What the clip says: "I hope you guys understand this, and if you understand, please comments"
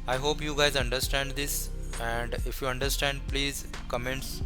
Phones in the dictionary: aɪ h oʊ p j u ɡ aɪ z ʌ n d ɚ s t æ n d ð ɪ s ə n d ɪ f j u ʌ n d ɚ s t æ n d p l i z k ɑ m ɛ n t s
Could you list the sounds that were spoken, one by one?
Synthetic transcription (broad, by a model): aɪ h oʊ p j u ɡ aɪ z ʌ n d ɚ s t æ n d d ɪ s ə n d ɪ f j u ʌ n d ɚ s t æ n d p l i z k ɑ m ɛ n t s